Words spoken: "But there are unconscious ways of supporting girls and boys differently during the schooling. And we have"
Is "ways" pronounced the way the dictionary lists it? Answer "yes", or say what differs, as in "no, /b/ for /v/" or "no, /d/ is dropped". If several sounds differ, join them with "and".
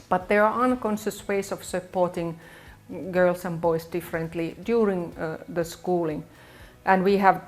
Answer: no, /s/ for /z/